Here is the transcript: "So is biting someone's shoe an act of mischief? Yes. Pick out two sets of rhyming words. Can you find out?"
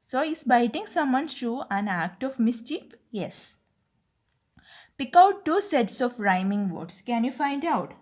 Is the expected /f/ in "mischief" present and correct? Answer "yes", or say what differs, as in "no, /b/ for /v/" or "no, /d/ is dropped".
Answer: no, /p/ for /f/